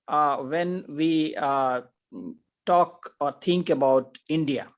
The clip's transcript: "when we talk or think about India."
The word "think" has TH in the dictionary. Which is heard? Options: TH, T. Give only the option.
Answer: T